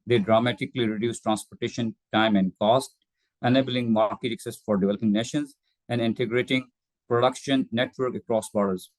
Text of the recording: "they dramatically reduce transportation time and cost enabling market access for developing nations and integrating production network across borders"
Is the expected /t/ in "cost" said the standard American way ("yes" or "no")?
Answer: yes